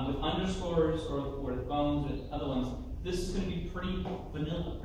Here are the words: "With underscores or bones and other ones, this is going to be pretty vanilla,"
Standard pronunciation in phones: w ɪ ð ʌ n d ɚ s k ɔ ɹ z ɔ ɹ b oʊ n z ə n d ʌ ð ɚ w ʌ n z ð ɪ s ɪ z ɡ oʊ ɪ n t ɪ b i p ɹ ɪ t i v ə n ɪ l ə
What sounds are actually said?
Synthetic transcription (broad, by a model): w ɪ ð ʌ n d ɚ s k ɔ ɹ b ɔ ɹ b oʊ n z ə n ʌ ð ɚ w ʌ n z ð ɪ s ɪ z ɡ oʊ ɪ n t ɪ b i p ɹ ɪ t i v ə n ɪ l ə